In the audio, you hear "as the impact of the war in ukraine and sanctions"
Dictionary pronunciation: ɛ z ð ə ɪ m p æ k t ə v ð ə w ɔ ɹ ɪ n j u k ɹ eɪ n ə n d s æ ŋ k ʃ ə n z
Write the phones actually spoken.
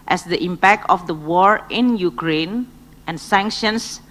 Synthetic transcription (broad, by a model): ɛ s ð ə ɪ m p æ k t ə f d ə w ɔ ɹ ɪ n j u k ɹ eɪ n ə n s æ ŋ k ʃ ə n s